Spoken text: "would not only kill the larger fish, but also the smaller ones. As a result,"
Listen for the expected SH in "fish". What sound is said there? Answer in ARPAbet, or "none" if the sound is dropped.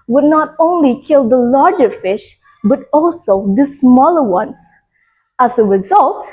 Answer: SH